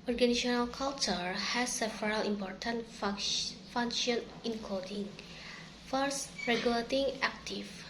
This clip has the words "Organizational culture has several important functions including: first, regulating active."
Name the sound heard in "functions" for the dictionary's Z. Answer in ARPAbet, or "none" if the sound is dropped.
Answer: none